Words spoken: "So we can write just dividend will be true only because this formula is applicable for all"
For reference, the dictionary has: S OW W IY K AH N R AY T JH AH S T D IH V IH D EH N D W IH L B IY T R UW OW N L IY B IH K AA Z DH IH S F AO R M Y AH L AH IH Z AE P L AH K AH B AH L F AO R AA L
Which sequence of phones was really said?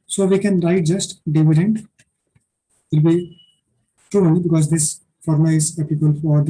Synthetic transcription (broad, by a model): S OW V IY K AH N R AY T JH AH S T D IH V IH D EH N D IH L B IY T UW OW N IY B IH K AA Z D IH S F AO R M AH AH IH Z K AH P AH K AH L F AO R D